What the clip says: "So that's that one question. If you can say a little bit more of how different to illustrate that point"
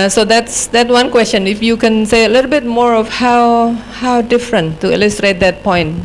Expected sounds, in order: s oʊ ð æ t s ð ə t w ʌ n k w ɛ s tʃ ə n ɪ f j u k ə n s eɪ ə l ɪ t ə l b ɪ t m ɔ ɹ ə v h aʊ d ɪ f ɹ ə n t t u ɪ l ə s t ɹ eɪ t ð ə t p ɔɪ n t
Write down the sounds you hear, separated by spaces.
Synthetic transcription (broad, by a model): s oʊ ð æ t s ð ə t w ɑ n k w ɛ s tʃ ə n ɪ f j u k ə n s eɪ ə l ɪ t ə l b ɪ t m ɔ ɹ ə w h aʊ d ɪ f ɹ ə n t t u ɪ l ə s t ɹ eɪ t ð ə t p ɔɪ n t